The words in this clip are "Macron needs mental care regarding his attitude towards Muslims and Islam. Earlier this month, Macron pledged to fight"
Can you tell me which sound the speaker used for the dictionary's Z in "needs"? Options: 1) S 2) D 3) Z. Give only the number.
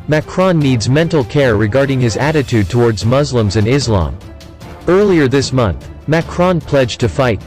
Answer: 3